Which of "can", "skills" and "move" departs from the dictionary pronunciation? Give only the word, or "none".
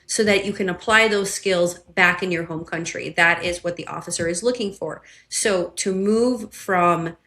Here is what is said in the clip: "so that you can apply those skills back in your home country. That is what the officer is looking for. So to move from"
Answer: none